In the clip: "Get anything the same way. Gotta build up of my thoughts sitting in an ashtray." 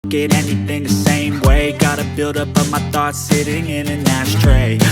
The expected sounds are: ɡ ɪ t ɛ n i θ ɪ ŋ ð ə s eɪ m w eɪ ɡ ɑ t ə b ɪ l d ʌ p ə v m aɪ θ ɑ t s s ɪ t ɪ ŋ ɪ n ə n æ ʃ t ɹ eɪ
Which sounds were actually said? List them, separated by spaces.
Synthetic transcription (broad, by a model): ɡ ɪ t ɛ n i θ ɪ ŋ ð ə s eɪ m w eɪ ɡ ɑ t ə b ɪ l d ʌ p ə m aɪ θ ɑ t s s ɪ t ɪ ŋ ɪ n ə n æ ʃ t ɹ eɪ